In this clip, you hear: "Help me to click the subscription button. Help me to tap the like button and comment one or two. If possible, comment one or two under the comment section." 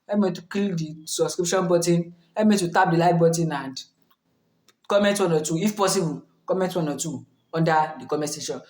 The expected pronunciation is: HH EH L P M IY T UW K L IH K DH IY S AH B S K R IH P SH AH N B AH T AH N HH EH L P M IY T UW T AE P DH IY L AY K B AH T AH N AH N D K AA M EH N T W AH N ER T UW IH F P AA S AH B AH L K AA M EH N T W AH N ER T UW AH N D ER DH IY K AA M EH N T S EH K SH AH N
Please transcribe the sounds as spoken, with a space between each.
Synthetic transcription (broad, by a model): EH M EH T UW K IY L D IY S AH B S K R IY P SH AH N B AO T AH N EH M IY T UW T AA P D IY L AY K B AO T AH N AH N D K AA M EH N T W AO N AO T UW IH F P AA S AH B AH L K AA M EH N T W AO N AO T UW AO N D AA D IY K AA M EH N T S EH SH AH N